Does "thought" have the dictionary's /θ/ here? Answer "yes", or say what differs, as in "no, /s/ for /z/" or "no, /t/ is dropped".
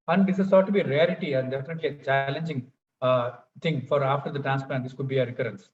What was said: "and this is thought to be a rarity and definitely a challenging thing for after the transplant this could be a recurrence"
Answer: no, /s/ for /θ/